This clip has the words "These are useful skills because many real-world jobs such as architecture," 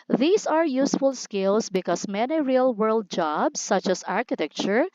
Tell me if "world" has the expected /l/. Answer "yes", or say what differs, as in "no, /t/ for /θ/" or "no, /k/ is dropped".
yes